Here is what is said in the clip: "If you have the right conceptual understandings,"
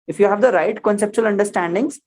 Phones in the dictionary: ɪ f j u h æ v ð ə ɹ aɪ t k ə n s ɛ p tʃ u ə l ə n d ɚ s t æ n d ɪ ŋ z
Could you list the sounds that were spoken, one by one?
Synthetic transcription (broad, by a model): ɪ f j u h æ v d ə ɹ aɪ t k ə n s ɛ p tʃ u ə l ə n d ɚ s t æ n d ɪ ŋ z